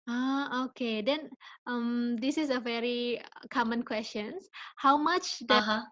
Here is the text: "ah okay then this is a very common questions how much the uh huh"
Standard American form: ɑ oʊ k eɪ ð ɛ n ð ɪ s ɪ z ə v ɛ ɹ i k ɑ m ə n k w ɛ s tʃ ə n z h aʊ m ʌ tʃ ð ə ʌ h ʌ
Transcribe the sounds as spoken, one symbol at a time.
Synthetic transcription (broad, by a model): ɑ oʊ k eɪ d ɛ n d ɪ s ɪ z ə v ɛ ɹ i k ɑ m ə n k w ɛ s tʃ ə n h aʊ m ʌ tʃ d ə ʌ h